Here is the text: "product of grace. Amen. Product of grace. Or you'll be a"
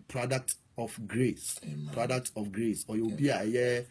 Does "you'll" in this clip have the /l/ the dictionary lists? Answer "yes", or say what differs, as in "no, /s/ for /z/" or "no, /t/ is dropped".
no, /w/ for /l/